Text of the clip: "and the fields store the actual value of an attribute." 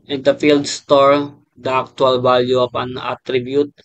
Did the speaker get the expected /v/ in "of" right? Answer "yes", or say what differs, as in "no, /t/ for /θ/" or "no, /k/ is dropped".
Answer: no, /p/ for /v/